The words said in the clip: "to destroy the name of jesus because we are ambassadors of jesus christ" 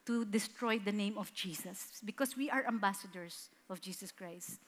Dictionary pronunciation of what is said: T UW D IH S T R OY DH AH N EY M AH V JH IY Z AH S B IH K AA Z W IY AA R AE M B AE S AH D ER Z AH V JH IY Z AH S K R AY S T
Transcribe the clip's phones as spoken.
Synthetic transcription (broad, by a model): T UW D IH S T R OY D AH N EY M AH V JH IY S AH S B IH K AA S W IY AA R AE M B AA S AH D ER S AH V JH IY S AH S K R AY S T